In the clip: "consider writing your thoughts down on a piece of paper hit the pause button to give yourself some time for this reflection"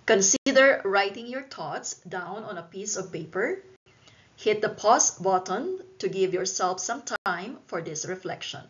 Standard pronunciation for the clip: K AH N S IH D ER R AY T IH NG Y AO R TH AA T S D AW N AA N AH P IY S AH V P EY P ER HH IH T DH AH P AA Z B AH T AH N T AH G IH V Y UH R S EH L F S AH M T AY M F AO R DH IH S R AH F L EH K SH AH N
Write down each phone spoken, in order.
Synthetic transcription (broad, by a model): K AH N S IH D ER R AY T IH NG Y AO R T AA T S D AW N AA N AH P IY S AH V P EY P ER HH IH T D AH P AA S B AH T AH N T AH G IH V Y UH R S EH L F S AH M T AY M F AO R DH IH S R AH F L EH K SH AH N